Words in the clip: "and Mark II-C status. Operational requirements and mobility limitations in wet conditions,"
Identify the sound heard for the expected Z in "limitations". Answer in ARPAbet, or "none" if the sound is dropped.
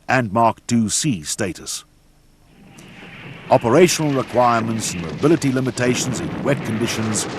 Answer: Z